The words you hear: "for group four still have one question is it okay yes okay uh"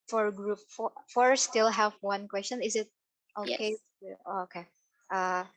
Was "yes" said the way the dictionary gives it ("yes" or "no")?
no